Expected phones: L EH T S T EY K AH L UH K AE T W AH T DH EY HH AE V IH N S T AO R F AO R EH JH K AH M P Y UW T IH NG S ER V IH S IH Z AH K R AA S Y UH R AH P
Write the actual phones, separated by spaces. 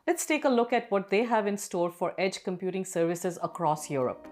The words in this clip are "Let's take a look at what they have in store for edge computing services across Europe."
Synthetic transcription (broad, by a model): L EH T S T EY K AH L UH K AE T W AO T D EY HH AE V IH N S T AO R F AO R EH JH K AH M P Y UW T IH NG S ER V IH S IH Z AH K R AA S Y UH R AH P